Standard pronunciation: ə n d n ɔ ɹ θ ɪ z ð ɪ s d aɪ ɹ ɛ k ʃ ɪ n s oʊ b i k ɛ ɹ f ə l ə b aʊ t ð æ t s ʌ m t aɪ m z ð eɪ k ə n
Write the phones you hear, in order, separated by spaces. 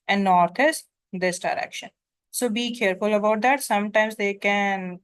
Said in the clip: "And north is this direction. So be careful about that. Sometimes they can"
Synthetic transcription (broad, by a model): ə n d n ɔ ɹ t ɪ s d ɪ s d aɪ ɹ ɛ k ʃ ɪ n s oʊ b i k ɛ ɹ f ə l ə b aʊ t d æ t s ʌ m t aɪ m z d eɪ k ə n